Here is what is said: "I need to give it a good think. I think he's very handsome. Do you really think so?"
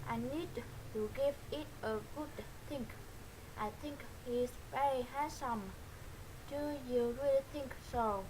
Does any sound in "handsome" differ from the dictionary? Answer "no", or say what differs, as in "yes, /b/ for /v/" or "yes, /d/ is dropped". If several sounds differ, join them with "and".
yes, /n/ is dropped